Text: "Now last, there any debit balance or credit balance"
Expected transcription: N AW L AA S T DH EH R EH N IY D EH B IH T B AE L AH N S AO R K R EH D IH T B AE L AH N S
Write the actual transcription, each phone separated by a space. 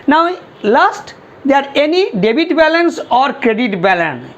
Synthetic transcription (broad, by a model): N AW L AA S T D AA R EH N IY D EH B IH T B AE L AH N S AO R K R EH D IH T B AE L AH N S